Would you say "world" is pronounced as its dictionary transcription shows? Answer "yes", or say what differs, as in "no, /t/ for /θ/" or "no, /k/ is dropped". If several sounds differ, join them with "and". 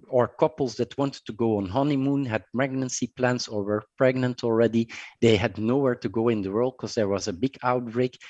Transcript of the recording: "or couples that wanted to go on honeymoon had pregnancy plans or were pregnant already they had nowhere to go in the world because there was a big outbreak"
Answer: yes